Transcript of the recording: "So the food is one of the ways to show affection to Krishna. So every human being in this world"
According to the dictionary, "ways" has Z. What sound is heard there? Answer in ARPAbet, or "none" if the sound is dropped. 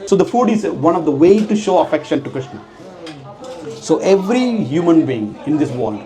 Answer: none